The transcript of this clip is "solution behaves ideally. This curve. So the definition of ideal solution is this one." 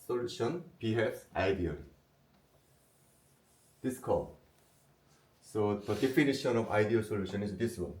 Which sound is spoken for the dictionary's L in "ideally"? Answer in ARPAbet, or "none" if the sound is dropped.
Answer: none